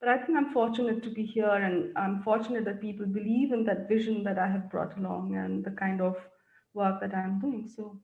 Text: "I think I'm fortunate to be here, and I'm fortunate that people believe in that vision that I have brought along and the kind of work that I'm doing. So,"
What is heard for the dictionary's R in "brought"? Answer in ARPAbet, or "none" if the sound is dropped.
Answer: R